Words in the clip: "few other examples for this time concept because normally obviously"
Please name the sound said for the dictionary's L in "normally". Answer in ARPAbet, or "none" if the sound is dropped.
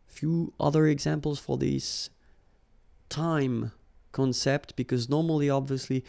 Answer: L